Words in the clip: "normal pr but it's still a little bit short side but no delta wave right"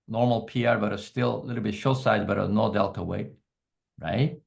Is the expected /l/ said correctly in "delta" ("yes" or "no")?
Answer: yes